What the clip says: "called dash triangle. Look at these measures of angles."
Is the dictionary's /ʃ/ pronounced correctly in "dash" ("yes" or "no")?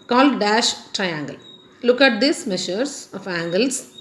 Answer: yes